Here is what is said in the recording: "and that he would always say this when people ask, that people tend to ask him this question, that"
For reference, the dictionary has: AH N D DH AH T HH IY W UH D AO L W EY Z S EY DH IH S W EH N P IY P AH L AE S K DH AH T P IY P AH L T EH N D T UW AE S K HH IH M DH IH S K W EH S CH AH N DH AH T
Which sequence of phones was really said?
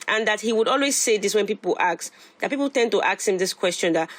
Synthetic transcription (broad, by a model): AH N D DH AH T HH IY W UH D AO L W EY Z S EY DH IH S W EH N P IY P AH L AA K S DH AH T P IY P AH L T EH N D T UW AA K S HH IH M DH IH S K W EH S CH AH N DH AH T